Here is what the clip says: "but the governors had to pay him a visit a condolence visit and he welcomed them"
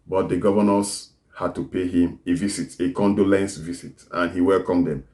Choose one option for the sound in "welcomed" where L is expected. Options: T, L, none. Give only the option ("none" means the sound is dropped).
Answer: L